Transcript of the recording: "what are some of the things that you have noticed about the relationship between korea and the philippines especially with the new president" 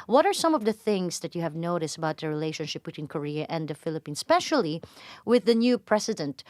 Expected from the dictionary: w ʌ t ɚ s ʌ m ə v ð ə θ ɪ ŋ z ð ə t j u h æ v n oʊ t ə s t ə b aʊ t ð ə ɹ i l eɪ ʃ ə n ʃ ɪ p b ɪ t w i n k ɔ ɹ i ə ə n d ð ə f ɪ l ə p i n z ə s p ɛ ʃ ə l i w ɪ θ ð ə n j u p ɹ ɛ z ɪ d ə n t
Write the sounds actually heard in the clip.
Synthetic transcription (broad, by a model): w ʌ t ɚ s ʌ m ə v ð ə θ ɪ ŋ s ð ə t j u h æ v n oʊ t ə s t ə b aʊ t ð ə ɹ i l eɪ ʃ ə n ʃ ɪ p b ɪ t w i n k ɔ ɹ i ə ə n d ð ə f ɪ l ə p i n s p ɛ ʃ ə l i w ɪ ð ə n j u p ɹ ɛ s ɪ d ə n t